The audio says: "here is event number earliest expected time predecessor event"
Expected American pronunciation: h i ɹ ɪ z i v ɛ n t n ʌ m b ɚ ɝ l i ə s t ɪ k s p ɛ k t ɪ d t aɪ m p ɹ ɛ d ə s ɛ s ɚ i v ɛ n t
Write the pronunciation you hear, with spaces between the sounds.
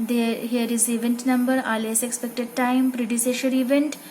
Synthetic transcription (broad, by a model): h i ɹ ɪ z i v ɛ n t n ʌ m b ɚ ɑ l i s ɪ k s p ɛ k t ɪ d t aɪ m p ɹ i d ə s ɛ ʃ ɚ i v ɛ n t